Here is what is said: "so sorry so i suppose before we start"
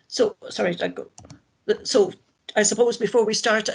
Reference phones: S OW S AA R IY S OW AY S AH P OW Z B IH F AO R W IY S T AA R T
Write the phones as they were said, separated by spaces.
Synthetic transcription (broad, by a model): S OW S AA R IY S OW AY S AH P OW Z B IH F AO R W IY S T AA R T